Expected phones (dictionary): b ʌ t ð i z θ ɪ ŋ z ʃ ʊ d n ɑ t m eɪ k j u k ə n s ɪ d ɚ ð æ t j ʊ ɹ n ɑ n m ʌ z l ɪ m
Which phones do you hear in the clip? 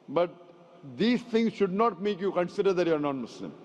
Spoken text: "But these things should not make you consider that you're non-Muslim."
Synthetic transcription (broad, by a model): b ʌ t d i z t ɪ ŋ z ʃ ʊ d n ɑ t m eɪ k j u k ə n s ɪ d ɚ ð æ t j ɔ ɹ n ɑ n m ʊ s l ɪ m